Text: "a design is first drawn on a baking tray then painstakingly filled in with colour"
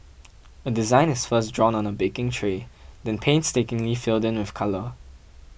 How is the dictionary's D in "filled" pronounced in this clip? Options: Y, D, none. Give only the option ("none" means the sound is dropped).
D